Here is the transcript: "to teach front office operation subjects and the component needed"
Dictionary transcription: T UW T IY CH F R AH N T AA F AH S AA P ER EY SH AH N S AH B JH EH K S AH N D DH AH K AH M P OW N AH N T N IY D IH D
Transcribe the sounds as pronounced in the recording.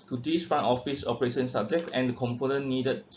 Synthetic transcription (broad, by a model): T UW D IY S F R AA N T AA F AH S AA P ER EY SH AH N S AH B JH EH K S AH N D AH K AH M P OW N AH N N IY D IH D